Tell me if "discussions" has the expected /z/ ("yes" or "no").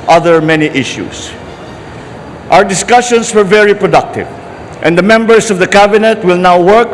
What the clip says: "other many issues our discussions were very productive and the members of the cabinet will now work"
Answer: no